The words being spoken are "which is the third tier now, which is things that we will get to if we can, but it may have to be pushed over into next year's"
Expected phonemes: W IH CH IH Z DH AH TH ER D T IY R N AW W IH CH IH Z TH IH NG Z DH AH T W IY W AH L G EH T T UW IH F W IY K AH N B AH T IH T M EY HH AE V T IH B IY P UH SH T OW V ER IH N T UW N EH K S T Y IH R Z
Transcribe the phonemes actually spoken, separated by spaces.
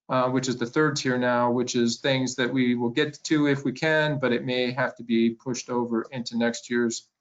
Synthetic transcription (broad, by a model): W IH CH IH Z DH AH TH ER D T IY R N AW W IH CH IH Z TH IH NG Z DH AH T W IY W AH L G EH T T UW IH F W IY K AH N B AH T IH T M EY HH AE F T IH B IY P UH SH T OW V ER IH N T UW N EH K S T Y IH R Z